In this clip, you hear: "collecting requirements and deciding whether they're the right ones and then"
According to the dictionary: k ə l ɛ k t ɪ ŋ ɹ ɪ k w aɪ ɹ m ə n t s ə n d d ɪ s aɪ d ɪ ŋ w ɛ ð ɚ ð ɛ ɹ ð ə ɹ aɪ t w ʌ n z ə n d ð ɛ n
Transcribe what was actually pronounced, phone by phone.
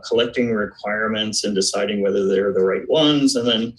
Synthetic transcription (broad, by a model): k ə l ɛ k t ɪ ŋ ɹ ɪ k w aɪ ɹ m ə n t s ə n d d ɪ s aɪ d ɪ ŋ w ɛ ð ɚ ð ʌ ɹ ð ə ɹ aɪ t w ʌ n z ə n ð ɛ n